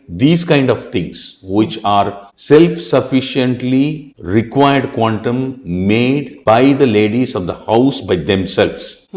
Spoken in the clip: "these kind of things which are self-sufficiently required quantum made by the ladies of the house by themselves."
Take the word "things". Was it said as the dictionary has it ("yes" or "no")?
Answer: no